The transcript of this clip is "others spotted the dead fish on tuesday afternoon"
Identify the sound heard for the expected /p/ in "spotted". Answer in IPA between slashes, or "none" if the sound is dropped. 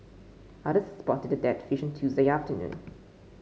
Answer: /p/